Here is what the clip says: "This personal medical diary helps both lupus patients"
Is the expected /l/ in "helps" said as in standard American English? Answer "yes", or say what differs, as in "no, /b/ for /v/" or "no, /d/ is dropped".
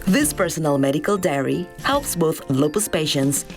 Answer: yes